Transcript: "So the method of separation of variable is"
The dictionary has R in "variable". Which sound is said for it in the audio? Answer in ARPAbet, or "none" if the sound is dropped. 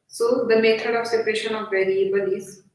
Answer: R